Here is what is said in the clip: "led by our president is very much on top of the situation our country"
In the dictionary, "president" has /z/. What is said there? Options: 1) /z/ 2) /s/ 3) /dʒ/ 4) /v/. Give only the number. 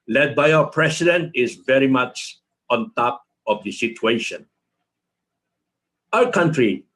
2